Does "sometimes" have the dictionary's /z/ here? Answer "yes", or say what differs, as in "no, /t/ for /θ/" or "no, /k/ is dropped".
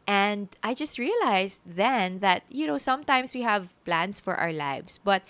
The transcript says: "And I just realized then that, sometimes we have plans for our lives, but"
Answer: no, /s/ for /z/